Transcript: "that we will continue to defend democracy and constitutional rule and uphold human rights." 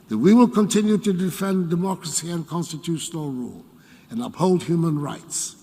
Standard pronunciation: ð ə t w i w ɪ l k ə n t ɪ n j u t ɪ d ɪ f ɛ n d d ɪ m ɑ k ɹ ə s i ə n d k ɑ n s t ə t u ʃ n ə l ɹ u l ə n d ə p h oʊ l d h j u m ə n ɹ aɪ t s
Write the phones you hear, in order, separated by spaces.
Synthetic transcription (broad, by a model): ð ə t w i w ɪ l k ə n t ɪ n j u t ɪ d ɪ f ɛ n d d ɪ m ɑ k ɹ ə s i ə n k ɑ n s t ə t u ʃ n ə l ɹ u l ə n ə p h oʊ l d h j u m ə n ɹ aɪ t s